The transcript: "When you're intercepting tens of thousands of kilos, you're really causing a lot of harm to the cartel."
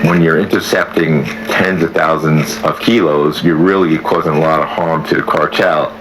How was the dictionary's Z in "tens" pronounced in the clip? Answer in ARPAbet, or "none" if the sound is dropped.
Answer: Z